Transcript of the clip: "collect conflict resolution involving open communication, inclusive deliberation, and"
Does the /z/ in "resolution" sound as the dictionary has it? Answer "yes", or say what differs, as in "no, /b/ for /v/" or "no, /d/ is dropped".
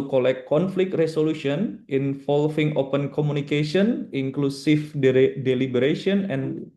no, /s/ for /z/